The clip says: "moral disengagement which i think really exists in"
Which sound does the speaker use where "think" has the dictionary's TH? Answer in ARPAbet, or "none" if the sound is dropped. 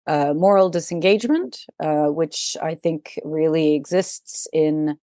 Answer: TH